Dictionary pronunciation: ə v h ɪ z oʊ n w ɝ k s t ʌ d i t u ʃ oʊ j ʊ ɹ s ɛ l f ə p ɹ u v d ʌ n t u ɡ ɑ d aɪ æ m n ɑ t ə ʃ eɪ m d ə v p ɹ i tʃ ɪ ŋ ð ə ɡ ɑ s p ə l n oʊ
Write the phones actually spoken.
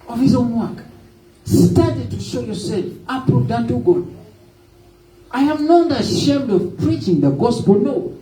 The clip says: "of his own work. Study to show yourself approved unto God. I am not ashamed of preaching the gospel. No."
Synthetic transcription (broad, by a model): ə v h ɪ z oʊ n w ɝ k s t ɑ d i t u ʃ oʊ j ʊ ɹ s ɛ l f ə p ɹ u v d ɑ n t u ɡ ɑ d aɪ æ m n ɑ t ə ʃ eɪ m d ə v p ɹ i tʃ ɪ ŋ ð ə ɡ ɑ s p ə l n oʊ